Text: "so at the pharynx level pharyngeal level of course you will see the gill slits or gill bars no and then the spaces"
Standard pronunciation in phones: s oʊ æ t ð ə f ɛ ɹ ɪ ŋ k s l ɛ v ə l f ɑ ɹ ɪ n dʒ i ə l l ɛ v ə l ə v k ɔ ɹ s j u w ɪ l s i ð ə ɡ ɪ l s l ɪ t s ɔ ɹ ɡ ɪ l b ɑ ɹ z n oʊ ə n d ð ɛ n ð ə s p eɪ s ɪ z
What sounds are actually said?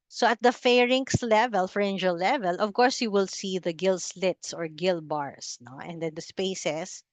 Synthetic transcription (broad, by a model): s oʊ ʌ t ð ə f ɛ ɹ ɪ ŋ k s l ɛ v ə l f ɹ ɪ n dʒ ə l l ɛ v ə l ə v k ɔ ɹ s j u w ɪ l s i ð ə ɡ ɪ l s l ɪ t s ɔ ɹ ɡ ɪ l b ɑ ɹ s n oʊ ə n d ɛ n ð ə s p eɪ s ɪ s